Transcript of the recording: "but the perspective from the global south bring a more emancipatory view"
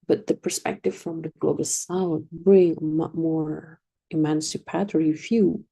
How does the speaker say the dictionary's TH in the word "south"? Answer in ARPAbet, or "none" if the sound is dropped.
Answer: T